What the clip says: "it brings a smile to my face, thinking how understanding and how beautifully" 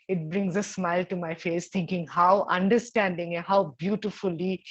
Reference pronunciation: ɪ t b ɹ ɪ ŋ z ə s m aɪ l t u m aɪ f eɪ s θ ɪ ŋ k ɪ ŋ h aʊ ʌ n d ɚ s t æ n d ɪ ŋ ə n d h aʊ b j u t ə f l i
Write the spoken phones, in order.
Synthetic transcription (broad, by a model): ɪ t b ɹ ɪ ŋ z ə s m aɪ l t u m aɪ f eɪ s t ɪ ŋ k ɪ ŋ h aʊ ʌ n d ɚ s t æ n d ɪ ŋ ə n h aʊ b j u t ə f l i